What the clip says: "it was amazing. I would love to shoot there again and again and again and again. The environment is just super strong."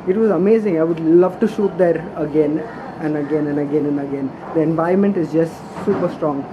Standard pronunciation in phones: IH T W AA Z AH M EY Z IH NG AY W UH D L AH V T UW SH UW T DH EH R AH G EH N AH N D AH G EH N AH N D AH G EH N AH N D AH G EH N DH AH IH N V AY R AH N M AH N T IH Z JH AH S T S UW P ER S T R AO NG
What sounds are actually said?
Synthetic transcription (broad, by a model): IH T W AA Z AH M EY Z IH NG AY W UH D L AH V T UW SH UW T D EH R AH G EH N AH N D AH G EH N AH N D AH G EH N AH N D AH G EH N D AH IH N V AY AH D M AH N T IH Z JH AH S T S UW P ER S T R AO NG